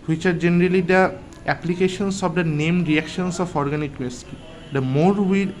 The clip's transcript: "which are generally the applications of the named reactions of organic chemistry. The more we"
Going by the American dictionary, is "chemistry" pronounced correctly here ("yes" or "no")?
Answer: no